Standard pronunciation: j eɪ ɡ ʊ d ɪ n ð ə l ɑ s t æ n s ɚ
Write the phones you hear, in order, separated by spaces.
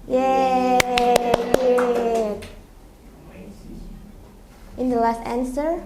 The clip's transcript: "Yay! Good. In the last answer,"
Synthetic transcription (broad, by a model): j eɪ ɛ ɪ n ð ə l ɑ s t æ n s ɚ